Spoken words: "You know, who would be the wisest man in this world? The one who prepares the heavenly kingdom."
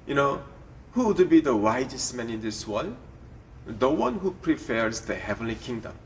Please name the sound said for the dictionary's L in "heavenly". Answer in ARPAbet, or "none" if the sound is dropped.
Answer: L